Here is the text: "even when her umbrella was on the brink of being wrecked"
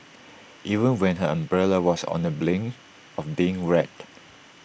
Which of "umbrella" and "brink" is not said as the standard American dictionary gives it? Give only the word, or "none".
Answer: brink